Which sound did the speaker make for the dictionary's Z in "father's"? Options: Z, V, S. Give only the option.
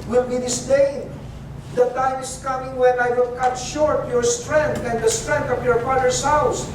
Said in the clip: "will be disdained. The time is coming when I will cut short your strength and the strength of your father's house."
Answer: S